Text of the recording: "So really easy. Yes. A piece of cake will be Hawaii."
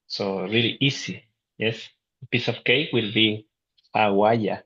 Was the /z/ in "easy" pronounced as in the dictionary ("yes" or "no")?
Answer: no